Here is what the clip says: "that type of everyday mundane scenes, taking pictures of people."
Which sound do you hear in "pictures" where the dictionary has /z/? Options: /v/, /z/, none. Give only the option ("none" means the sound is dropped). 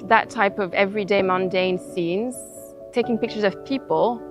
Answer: /z/